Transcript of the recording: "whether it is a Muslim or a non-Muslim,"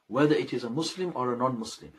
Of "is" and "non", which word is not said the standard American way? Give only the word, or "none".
none